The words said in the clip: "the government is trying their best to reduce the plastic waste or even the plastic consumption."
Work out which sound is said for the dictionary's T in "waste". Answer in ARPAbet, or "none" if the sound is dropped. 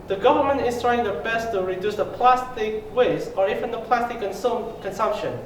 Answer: none